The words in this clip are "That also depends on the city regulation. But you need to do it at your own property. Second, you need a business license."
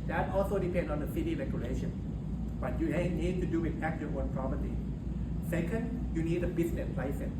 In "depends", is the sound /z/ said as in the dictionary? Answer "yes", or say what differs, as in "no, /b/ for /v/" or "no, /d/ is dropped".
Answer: no, /z/ is dropped